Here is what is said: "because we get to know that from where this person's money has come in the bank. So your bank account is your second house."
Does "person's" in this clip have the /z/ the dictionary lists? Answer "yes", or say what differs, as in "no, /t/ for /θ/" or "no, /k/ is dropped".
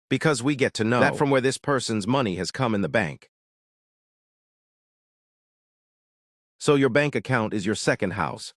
yes